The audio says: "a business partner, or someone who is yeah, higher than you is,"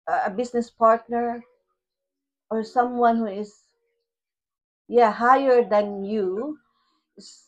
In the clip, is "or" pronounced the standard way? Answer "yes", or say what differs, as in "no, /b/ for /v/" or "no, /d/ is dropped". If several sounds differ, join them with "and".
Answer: yes